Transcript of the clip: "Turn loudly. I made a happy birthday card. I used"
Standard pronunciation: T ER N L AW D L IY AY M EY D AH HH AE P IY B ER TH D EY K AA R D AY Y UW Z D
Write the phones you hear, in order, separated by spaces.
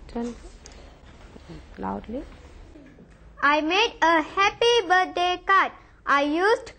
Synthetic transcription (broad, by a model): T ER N L AW D L IY AY M EY D AH HH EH P IY B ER T D EY K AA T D AY Y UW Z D